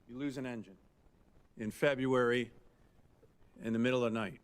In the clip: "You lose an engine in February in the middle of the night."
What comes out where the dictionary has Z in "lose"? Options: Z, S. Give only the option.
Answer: Z